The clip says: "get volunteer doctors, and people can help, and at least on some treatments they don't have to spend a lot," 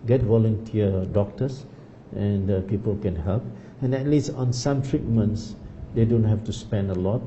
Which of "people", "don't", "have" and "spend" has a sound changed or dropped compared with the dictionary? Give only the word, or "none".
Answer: have